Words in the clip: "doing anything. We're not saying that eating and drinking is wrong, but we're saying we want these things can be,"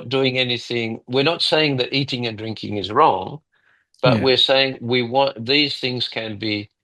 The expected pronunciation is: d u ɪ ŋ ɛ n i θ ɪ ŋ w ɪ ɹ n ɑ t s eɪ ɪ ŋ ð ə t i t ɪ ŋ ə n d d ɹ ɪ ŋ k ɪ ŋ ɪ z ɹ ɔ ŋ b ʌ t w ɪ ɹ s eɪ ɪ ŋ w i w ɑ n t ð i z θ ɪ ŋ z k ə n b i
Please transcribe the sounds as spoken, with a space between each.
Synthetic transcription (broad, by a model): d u ɪ ŋ ɛ n i θ ɪ ŋ w ɪ ɹ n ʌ t s eɪ ɪ ŋ ð ə t i t ɪ ŋ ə n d d ɹ ɪ ŋ k ɪ ŋ ɪ z ɹ ɔ ŋ b ʌ t w ɪ ɹ s eɪ ɪ ŋ w i w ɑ n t ð i z θ ɪ ŋ z k ə n b i